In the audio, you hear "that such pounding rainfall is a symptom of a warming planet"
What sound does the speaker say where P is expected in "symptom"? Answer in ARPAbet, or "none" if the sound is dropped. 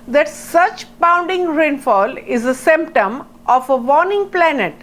P